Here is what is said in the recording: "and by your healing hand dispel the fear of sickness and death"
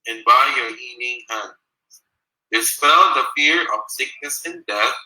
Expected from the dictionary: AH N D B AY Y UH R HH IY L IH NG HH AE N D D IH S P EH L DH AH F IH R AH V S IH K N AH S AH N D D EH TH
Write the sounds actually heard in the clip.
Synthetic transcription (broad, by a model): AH N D B AY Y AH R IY N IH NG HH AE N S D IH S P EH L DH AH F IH R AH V S IH K N AH S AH N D D EH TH